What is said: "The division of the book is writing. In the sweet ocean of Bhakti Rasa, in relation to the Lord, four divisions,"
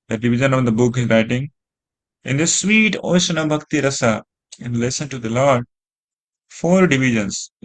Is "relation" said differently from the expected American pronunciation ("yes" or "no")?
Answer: yes